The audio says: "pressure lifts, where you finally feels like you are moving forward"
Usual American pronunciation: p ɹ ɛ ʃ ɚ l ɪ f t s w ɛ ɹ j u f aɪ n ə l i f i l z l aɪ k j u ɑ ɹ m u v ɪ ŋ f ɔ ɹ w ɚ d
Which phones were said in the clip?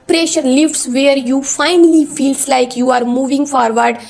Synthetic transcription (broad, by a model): p ɹ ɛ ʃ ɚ l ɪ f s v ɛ ɹ j u f aɪ n ə l i f i l s l aɪ k j u ɑ ɹ m u v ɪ ŋ f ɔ ɹ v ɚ d